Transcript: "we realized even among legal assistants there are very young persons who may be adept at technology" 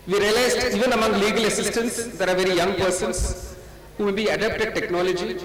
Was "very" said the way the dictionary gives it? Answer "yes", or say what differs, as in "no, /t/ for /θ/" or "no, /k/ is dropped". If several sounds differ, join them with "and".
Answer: yes